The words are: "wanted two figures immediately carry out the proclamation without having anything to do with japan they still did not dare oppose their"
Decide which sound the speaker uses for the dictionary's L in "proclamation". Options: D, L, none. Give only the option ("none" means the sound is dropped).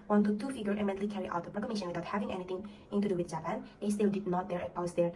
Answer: none